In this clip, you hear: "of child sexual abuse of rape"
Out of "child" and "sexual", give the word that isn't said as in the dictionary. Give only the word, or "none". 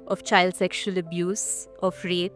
none